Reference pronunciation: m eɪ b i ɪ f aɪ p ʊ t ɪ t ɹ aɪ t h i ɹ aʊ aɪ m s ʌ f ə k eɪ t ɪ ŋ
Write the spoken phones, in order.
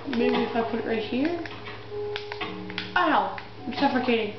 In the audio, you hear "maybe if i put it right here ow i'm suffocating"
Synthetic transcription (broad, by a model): m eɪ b i ɪ f aɪ p ʊ t ɪ t ɹ aɪ t h i ɹ aʊ aɪ m s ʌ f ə k eɪ t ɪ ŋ